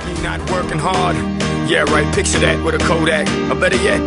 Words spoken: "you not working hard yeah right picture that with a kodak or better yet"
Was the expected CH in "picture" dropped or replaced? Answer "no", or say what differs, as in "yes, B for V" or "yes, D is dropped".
yes, S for CH